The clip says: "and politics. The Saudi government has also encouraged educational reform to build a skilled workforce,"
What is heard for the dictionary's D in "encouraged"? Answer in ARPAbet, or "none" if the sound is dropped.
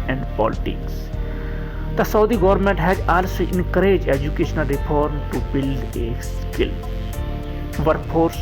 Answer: none